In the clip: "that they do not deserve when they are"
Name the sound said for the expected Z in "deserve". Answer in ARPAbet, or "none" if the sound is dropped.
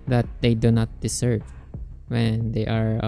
S